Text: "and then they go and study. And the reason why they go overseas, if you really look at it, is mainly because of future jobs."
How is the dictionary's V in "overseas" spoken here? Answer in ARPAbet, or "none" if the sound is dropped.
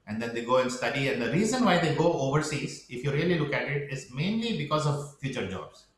V